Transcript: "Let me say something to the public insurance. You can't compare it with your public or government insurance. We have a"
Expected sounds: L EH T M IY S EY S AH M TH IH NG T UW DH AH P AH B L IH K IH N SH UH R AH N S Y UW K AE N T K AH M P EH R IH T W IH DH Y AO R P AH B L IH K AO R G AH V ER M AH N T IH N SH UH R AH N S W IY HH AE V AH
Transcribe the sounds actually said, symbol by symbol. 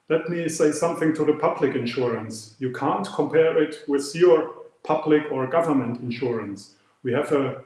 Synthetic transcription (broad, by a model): L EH T M IY S EY S AH M TH IH NG T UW DH AH P AH B L IH K IH N SH UH R AH N S Y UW K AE N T K AH M P EH R IH T W IH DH Y AO R P AH B L IH K AO R G AH V ER M AH N T IH N SH UH R AH N S W IY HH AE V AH